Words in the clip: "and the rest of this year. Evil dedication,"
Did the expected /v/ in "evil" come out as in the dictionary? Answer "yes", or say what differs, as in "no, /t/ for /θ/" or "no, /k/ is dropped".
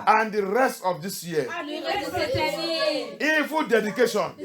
no, /f/ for /v/